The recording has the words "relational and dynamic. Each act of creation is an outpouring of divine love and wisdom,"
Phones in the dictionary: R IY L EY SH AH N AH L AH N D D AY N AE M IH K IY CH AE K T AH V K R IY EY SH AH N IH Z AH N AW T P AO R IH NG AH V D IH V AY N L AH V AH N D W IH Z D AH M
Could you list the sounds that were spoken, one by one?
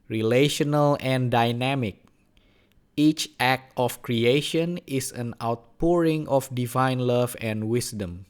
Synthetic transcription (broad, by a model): R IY L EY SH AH N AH L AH N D D AY N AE M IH K IY CH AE K T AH F K R IY EY SH AH N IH S AH N AW T P AO R IH NG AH F D IH V AY N L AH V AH N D W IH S D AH M